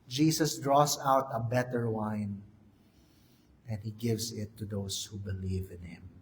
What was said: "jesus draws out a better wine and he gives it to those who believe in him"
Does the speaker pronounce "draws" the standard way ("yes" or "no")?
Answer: no